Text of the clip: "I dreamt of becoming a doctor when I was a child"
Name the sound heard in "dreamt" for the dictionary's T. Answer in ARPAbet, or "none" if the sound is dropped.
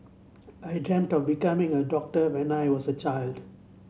T